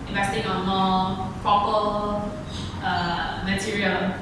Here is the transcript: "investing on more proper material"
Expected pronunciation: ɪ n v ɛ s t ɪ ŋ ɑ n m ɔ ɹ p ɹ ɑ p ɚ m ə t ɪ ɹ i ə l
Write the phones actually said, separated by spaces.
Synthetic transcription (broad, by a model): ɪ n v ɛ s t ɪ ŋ ɑ n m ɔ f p ʌ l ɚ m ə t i ɹ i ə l